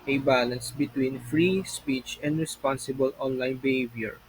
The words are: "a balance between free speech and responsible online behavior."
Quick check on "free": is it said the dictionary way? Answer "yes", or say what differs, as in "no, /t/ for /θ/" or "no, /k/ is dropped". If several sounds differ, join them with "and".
yes